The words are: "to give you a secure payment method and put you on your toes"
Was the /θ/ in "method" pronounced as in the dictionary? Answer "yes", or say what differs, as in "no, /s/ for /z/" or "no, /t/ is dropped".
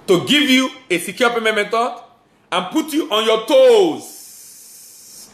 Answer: no, /t/ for /θ/